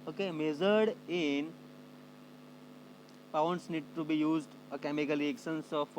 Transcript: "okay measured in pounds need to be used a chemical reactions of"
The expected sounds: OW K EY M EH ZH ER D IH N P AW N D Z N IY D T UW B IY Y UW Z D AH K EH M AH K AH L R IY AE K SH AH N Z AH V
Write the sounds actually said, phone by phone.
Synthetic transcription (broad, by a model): OW K EY M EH Z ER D IH N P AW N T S N IY D T UW B IY Y UW Z D AH K EH M AH K AH L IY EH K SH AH N S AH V